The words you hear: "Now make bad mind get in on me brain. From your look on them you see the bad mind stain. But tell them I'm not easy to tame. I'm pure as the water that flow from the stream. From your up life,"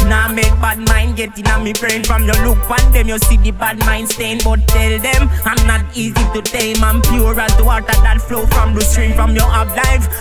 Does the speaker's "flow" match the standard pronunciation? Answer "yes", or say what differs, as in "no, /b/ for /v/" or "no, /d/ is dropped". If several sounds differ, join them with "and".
yes